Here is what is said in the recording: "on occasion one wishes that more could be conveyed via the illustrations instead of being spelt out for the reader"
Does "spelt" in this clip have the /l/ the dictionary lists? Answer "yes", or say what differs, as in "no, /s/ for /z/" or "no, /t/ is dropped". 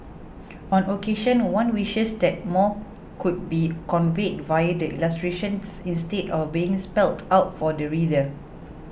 yes